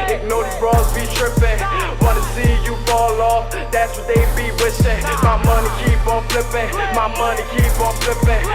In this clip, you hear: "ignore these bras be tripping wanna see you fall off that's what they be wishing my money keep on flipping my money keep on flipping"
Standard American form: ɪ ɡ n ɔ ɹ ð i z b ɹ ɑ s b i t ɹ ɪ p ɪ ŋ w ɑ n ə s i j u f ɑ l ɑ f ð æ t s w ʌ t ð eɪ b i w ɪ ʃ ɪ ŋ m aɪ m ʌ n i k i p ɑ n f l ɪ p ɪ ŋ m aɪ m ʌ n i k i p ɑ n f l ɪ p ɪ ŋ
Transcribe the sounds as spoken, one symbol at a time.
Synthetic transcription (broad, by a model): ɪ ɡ n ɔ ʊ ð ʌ b ɹ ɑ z b i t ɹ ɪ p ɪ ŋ w ɑ n ə s i j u f ɑ l ɑ f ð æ t s w ʌ t ð eɪ b i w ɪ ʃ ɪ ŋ m aɪ m ʌ n i k i p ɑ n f l ɪ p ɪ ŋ m aɪ m ʌ n i k i p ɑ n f l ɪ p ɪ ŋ